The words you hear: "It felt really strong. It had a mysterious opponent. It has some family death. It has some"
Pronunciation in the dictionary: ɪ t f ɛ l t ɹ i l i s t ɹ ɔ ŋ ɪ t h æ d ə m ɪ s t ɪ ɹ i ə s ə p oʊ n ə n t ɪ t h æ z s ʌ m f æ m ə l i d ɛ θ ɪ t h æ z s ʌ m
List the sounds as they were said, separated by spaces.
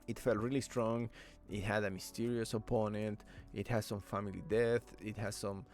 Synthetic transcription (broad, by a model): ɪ t f ɛ l t ɹ i l i s t ɹ ɔ ŋ ɪ t h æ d ə m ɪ s t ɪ ɹ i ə s ə p oʊ n ə n t ɪ t h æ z s ʌ m f æ m ə l i d ɛ θ ɪ t h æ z s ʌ m